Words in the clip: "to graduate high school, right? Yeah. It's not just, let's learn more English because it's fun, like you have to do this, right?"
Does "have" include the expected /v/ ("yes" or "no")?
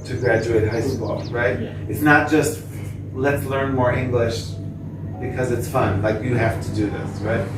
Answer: no